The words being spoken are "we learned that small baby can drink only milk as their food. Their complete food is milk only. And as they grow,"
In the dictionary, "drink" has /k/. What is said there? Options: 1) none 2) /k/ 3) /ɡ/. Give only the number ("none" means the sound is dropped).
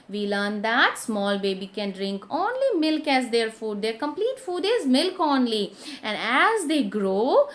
2